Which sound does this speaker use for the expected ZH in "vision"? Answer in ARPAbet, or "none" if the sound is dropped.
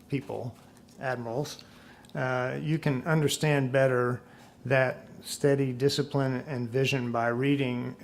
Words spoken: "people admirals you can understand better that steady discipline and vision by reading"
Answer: ZH